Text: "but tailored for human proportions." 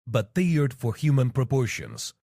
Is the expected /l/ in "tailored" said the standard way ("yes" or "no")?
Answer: no